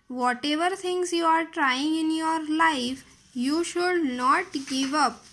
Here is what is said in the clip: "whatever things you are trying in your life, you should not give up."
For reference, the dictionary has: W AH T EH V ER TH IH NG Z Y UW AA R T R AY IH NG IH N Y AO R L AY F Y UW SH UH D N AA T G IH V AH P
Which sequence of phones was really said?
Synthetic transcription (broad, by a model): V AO T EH V ER T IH NG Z Y UW AA R T R AY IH NG IH N Y AO R L AY F Y UW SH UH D N AA T G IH V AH P